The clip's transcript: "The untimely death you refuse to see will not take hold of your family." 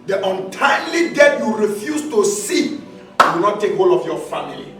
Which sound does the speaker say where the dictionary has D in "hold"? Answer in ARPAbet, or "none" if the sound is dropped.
none